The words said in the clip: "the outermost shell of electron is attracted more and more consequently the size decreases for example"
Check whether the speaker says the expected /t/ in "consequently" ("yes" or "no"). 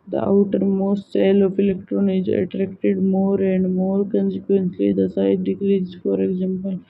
no